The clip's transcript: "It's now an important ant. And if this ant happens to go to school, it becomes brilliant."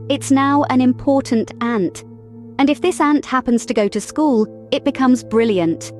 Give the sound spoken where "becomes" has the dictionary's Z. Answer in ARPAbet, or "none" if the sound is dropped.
Z